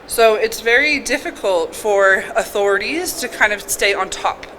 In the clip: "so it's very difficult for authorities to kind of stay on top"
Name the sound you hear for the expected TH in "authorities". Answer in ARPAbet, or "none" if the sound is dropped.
TH